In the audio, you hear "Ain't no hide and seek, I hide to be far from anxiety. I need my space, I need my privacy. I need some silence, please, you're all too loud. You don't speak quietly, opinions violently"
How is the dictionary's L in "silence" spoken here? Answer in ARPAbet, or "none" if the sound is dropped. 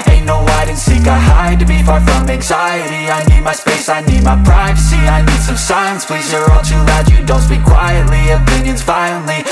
none